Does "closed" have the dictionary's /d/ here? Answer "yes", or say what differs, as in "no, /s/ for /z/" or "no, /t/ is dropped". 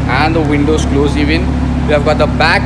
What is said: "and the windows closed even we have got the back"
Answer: no, /d/ is dropped